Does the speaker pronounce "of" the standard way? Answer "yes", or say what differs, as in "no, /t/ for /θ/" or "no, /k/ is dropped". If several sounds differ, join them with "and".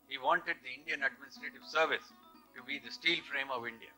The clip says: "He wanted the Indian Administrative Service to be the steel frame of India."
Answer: yes